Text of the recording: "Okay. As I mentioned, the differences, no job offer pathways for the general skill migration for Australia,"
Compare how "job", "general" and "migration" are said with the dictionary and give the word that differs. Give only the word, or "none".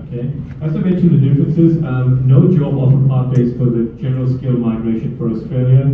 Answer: job